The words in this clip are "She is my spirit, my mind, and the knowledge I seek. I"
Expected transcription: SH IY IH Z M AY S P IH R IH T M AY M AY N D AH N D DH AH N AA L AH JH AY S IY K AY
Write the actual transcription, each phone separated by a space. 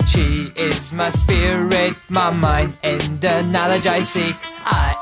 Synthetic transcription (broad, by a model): SH IY IH Z M AY S P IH R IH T M AY M AY N D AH N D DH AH N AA L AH JH AY S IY AY